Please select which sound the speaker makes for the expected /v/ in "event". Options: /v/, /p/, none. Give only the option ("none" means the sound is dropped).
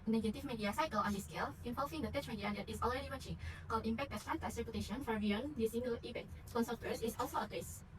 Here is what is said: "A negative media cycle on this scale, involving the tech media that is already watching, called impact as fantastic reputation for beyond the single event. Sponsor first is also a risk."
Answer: /p/